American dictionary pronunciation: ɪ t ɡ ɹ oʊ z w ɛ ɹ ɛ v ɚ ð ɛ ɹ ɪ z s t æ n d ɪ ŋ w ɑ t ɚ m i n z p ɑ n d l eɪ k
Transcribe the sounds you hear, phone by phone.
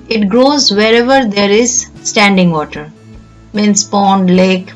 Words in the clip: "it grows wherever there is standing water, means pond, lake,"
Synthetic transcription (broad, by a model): ɪ t ɡ ɹ oʊ z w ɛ ɹ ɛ v ɚ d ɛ ɹ ɪ z s t æ n d ɪ ŋ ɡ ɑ t ɚ m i n s p ɑ n d l eɪ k